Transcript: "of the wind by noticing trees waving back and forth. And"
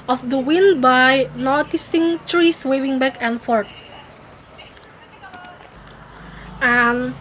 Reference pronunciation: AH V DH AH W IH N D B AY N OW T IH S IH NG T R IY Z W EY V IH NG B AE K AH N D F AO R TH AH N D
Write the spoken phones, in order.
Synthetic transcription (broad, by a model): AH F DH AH W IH N B AY N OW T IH S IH NG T R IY S W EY W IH NG B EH K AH N F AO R T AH N